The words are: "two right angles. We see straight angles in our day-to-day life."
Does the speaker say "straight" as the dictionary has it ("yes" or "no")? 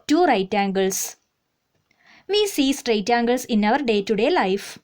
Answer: yes